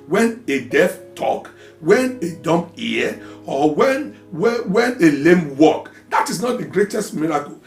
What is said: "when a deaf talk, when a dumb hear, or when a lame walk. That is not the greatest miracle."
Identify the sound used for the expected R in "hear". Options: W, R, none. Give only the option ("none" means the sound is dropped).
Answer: W